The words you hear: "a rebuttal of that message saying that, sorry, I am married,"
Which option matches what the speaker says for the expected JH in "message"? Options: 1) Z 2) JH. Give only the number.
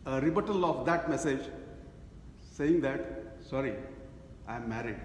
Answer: 2